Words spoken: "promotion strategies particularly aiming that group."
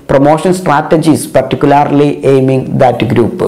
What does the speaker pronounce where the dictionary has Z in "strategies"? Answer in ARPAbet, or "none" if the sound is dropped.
S